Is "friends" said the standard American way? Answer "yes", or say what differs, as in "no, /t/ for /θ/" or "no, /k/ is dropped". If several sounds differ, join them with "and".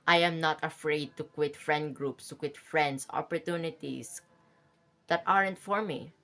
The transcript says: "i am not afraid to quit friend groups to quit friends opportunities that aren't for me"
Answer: no, /s/ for /z/